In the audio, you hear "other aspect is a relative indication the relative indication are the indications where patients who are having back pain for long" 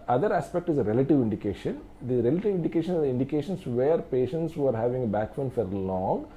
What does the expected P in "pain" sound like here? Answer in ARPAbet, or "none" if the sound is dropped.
F